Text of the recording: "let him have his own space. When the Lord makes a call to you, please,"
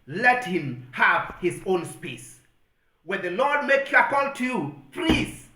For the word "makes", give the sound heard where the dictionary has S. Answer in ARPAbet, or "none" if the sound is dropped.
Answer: none